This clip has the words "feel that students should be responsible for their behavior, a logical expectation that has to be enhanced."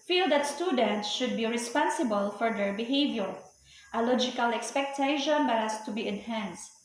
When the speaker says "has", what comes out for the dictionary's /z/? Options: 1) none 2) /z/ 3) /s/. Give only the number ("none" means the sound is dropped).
3